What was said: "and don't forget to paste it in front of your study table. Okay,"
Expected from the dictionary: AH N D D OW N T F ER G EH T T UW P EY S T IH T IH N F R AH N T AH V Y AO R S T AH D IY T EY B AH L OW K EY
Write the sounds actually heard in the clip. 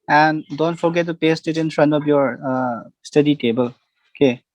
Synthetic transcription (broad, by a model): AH N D D OW N T F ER G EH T T UW P EY S T IH T IH N F R AH N T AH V Y AO R S T AH D IY T EY B AH L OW K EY